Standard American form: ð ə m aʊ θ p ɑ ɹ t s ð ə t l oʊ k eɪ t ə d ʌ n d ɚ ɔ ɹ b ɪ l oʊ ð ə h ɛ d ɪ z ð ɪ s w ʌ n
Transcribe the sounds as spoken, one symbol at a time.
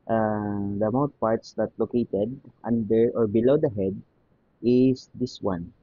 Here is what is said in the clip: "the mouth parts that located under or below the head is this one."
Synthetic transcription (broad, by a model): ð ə m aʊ t p ɑ ɹ t s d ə t l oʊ k eɪ t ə d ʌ n d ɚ ɔ ɹ b ɪ l oʊ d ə h ɛ d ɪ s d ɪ s w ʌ n